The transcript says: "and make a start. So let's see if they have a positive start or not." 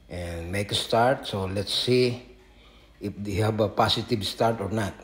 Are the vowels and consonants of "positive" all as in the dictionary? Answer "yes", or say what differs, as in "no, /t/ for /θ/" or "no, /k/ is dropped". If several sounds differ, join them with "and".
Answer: no, /s/ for /z/